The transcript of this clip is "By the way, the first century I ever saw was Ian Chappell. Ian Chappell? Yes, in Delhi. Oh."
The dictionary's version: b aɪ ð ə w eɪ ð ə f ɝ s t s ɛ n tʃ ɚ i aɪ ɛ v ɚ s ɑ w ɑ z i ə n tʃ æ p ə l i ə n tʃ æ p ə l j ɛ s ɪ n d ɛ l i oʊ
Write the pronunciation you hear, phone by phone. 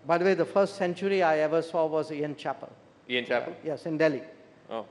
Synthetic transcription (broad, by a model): b aɪ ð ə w eɪ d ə f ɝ s t s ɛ n tʃ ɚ i aɪ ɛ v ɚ s ɑ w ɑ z i ə n tʃ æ p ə l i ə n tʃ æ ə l j ɛ s ɪ n d ɛ l i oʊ